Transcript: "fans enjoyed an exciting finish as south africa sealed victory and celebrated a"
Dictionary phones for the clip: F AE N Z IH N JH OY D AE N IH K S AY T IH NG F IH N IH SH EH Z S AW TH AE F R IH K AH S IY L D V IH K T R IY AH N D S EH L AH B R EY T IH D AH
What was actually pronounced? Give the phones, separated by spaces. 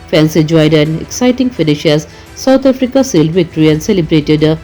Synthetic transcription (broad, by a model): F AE N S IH JH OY D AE N IH K S AY T IH NG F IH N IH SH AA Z S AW T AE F R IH K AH S IY L D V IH K T R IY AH N S EH L AH B R EY T IH D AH